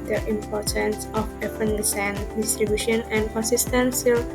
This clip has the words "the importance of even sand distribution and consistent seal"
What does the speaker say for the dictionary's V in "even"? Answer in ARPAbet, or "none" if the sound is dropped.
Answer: P